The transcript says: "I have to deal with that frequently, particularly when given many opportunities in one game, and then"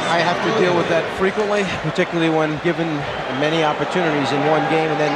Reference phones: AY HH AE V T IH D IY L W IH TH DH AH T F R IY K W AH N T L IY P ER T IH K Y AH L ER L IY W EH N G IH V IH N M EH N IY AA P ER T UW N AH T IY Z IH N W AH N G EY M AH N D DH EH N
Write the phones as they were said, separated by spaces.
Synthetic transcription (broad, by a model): AY HH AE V T IH D IY L W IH DH AH T F R IY K W AH N T L IY P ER T IH K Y L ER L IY W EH N G IH V IH N M EH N IY AA P ER T UW N AH T IY Z IH N W AH N G EY M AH N DH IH N